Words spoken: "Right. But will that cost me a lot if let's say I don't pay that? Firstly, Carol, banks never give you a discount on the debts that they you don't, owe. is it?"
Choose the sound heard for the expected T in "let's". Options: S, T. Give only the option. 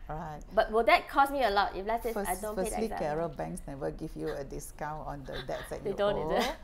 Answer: S